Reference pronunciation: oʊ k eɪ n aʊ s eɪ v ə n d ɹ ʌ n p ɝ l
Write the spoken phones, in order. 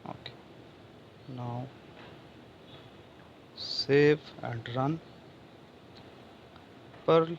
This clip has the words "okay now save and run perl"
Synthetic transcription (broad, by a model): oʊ k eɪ n aʊ s eɪ f ə n d ɹ ʌ n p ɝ l